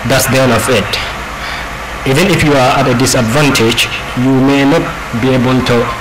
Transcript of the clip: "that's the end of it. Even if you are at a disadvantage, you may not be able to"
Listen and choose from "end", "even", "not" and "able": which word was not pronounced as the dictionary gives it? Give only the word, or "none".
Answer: end